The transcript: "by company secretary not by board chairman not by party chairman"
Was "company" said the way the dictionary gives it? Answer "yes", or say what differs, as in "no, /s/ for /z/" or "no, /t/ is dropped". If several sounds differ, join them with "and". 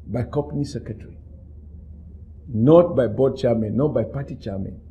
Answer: no, /m/ is dropped